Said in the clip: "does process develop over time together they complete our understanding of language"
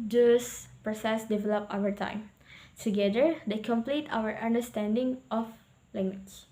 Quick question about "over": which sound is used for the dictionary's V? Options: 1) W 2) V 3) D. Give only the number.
1